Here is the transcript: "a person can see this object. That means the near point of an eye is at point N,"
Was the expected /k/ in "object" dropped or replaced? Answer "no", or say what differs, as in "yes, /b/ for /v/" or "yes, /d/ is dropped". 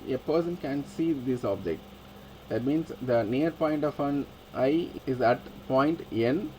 no